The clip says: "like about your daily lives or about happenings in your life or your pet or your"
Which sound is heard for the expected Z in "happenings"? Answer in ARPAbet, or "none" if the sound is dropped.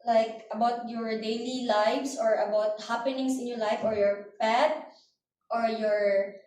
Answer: S